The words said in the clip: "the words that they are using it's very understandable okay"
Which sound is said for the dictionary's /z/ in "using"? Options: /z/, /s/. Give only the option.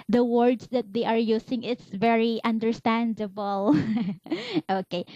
/s/